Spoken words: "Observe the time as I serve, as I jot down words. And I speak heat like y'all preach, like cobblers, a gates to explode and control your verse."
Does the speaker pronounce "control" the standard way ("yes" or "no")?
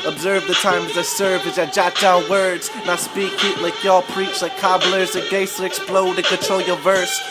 no